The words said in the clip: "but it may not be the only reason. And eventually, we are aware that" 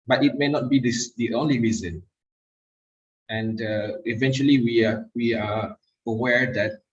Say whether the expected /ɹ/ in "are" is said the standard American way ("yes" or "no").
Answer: no